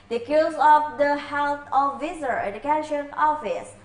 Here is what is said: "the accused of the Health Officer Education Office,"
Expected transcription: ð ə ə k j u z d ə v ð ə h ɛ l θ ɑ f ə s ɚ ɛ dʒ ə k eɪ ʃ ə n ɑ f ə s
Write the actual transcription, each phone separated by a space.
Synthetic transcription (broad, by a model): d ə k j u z ə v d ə h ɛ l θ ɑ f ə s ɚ ɛ dʒ ə k eɪ ʃ ə n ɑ f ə s